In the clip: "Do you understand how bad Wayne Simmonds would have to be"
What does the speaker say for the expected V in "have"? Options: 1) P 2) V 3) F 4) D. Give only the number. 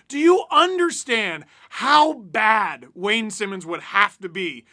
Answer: 3